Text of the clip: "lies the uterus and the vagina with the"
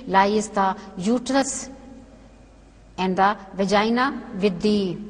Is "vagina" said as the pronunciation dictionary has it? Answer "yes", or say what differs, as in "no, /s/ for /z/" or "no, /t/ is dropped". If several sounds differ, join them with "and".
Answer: yes